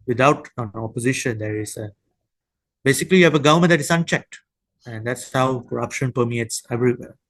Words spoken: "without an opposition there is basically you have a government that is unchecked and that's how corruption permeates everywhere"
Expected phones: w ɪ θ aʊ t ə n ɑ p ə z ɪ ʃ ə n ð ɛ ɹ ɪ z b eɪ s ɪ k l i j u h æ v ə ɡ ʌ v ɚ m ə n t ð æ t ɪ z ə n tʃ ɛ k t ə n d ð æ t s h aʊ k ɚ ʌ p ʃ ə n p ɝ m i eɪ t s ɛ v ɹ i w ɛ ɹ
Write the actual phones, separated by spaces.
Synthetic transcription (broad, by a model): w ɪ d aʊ t ə n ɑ p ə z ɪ ʃ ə n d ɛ ɹ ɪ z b eɪ s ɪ k l i j u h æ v ə ɡ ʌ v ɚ m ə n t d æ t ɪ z ə n tʃ ɛ k t ə n d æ t s h aʊ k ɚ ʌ p ʃ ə n p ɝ m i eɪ t s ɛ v ɹ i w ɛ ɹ